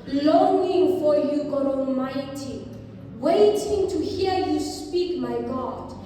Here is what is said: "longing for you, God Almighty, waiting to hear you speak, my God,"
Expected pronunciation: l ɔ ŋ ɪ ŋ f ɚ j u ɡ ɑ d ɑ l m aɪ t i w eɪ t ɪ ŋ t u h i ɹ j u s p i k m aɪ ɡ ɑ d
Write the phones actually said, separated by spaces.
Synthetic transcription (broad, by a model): l ɔ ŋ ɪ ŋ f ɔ j u ɡ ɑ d ɑ l m aɪ t i w eɪ t ɪ ŋ t u h i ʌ j u s p i k m aɪ ɡ ɑ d